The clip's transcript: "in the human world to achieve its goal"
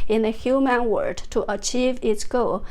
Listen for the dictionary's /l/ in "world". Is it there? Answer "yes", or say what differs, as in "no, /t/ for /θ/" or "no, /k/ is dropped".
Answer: no, /l/ is dropped